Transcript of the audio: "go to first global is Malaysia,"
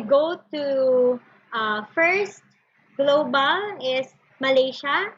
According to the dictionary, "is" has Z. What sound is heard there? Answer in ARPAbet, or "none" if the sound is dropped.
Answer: S